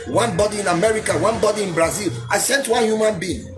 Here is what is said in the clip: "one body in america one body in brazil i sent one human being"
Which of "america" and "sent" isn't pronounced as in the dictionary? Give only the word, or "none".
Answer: none